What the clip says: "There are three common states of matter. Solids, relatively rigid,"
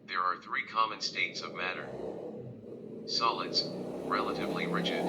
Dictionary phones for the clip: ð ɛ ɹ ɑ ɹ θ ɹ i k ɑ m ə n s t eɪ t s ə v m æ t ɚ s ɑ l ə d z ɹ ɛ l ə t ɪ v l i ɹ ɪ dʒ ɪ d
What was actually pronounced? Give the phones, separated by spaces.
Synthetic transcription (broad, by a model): ð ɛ ɹ ɑ ɹ θ ɹ i k ɑ m ə n s t eɪ t s ə v m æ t ɚ s ɑ l ə d z ɹ ɛ l ə t ɪ v l i ɹ ɪ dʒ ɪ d